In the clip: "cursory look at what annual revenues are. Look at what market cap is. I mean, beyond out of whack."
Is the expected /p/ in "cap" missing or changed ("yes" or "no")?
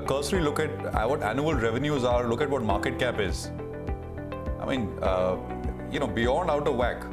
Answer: no